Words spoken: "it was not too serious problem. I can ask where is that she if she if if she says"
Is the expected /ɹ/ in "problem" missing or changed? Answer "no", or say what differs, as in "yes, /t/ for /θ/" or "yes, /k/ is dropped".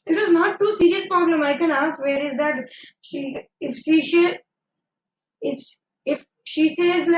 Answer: yes, /ɹ/ is dropped